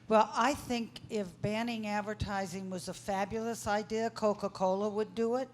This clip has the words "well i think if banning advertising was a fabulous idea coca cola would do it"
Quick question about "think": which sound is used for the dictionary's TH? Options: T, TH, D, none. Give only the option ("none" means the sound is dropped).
TH